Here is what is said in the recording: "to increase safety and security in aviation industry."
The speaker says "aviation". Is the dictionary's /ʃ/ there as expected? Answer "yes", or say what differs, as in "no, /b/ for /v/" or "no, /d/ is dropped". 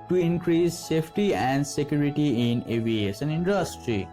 no, /s/ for /ʃ/